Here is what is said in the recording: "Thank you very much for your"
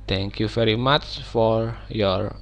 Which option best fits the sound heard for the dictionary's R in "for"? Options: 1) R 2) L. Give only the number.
1